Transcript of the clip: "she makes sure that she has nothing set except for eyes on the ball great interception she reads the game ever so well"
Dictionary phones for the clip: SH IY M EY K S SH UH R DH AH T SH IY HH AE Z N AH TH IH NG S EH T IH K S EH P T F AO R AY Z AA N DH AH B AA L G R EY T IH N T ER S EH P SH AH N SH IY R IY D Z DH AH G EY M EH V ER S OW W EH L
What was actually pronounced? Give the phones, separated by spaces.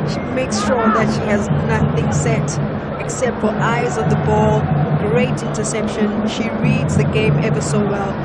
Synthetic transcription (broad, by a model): SH IY M EY K S SH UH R DH AH T SH IY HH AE Z N AH TH IH NG S EH T IH K S EH P T F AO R AY Z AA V DH AH B AA L G R EY T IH N T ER S EH P SH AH N SH IY R IY D Z DH AH G EY M EH V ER S OW W EH L